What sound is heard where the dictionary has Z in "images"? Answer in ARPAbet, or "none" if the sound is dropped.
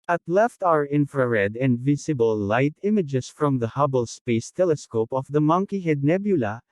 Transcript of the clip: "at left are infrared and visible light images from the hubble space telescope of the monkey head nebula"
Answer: S